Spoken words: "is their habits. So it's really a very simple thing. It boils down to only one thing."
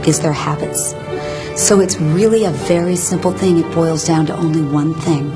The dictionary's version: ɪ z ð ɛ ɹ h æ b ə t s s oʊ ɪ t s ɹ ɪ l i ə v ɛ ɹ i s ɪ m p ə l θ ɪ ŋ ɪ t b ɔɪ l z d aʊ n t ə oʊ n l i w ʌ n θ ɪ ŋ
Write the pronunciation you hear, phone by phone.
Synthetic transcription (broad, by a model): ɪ z ð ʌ ɹ h æ b ə t s s oʊ ɪ t s ɹ ɪ l i ə v ɛ ɹ i s ɪ m p l θ ɪ ŋ ɪ t b ɔɪ l z d aʊ n t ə oʊ n l i w ʌ n θ ɪ ŋ